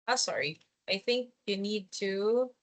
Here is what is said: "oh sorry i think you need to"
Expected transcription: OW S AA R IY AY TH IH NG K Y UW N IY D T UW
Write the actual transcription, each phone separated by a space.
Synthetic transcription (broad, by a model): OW S AA R IY AY TH IH NG K Y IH N IY D T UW